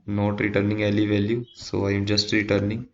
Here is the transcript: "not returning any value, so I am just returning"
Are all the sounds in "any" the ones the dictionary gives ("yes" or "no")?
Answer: no